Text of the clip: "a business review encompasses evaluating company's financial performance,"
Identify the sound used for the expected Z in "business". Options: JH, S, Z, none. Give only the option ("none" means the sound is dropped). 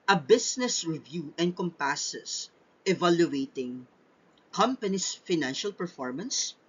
S